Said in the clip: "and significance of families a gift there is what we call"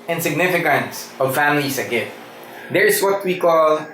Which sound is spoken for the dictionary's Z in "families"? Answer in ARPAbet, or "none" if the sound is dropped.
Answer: S